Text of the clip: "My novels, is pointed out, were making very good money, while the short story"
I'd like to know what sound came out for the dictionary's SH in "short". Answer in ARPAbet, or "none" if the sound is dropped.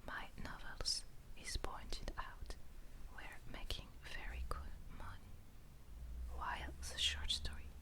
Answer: SH